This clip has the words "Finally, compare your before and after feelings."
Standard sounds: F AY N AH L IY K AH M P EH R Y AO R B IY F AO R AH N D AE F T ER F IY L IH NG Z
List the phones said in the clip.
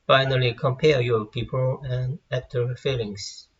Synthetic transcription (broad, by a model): F AY N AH L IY K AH M P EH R Y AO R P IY P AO L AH N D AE P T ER F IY L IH NG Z